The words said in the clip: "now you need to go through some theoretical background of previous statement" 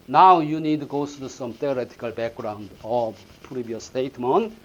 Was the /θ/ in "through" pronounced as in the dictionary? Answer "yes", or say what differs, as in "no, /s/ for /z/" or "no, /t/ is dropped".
no, /s/ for /θ/